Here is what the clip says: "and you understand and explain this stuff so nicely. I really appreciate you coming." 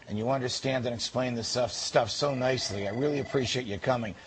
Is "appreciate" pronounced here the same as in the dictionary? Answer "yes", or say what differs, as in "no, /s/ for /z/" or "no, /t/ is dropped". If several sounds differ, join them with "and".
yes